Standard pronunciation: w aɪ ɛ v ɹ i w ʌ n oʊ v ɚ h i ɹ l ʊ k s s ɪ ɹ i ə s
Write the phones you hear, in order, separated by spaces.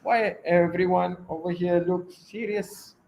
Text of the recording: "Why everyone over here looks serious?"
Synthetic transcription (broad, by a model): w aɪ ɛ v ɹ i w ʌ n oʊ v ɚ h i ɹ l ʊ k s s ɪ ɹ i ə s